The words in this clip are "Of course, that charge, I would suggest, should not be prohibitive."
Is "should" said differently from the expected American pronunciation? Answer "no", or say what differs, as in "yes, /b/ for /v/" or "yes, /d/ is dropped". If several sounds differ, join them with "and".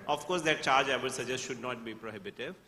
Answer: no